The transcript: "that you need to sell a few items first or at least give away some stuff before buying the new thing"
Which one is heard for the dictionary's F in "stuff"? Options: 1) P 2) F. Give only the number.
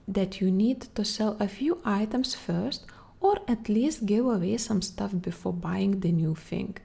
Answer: 2